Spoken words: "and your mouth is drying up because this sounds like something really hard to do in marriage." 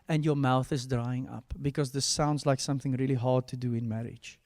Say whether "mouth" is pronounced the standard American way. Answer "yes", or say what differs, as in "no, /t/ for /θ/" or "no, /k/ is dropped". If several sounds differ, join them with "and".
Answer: yes